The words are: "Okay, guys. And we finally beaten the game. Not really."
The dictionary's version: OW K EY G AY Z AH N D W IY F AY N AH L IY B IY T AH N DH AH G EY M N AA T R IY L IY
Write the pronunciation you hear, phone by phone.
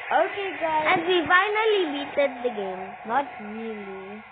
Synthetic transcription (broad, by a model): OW K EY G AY AH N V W IY F AY N AH L IY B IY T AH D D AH G EY M N AA T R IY L IY